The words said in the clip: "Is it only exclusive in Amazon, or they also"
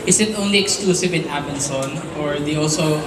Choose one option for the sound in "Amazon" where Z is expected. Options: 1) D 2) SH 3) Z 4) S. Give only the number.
4